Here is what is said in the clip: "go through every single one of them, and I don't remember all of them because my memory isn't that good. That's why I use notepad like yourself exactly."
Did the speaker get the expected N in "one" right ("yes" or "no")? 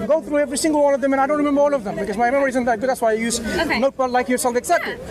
no